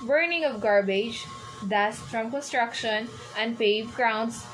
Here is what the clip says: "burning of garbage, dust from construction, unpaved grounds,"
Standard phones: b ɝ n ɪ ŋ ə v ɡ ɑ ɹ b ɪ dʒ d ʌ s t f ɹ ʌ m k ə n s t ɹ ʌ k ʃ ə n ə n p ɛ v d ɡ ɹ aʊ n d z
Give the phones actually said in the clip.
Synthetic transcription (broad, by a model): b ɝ n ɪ ŋ ə v ɡ ɑ ɹ b ɪ dʒ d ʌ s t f ɹ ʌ m k ə n s t ɹ ʌ k ʃ ə n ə n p ɛ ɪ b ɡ ɹ aʊ n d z